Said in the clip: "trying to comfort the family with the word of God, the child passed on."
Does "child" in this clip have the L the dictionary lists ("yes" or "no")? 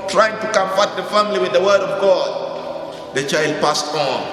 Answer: yes